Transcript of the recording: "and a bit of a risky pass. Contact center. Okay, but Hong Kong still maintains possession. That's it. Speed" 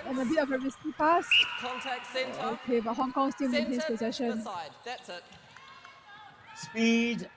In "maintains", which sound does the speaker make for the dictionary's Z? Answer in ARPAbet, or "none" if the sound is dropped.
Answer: S